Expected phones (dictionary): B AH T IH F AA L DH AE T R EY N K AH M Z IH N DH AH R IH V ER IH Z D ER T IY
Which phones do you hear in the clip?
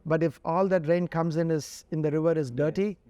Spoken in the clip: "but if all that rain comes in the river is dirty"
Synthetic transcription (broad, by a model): B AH T IH F AA L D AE T R EY N K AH M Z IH N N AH R IH V ER IH Z D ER T IY